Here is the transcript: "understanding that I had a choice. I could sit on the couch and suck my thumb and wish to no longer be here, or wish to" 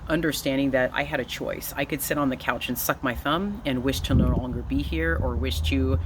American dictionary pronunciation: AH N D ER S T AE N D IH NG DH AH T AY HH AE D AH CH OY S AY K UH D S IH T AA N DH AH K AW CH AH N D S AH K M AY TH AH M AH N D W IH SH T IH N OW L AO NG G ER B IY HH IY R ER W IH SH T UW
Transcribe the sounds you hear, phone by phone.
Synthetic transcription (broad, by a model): AH N D ER S T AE N D IH NG DH AH T AY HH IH D AH CH OY S AY K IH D S IH T N DH AH K AW CH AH N S AH K M AY TH AH M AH N W IH SH T IH N OW L AO NG G ER B IY HH IY R ER W IH SH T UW